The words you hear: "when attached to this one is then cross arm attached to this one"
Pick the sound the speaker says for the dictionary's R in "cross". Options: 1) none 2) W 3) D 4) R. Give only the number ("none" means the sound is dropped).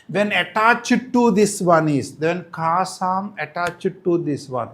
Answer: 1